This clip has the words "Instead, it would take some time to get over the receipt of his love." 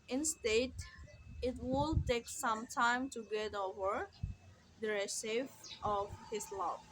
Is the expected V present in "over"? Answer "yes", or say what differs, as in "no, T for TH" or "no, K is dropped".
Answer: yes